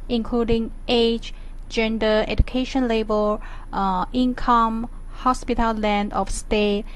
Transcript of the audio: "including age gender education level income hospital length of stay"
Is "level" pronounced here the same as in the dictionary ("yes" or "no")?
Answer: no